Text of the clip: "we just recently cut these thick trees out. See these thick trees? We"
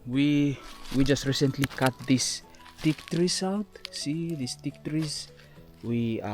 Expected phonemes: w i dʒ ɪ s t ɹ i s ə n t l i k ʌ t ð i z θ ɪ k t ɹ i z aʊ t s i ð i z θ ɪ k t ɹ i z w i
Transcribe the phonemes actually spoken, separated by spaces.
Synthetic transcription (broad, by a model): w i dʒ ɪ s t ɹ i s ə n t l i k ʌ t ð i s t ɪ k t ɹ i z aʊ t s i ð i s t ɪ k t ɹ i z w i